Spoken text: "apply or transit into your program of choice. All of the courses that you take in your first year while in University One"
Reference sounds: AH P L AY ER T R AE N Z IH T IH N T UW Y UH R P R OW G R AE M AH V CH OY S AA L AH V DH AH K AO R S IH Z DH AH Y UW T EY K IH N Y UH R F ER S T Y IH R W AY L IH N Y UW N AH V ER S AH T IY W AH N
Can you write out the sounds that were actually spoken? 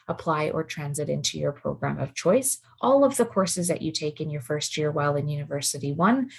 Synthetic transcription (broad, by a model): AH P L AY ER T R AE N Z IH T IH N T UW Y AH R P R OW G R AE M AH V CH OY S AA L AH V DH AH K AO R S IH Z DH AH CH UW T EY K IH N Y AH R F ER S T Y IH R W AY L IH N Y UW N AH V ER S AH T IY W AH N